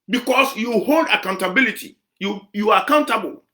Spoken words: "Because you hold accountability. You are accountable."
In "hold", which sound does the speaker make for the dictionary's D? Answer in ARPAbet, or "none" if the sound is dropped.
D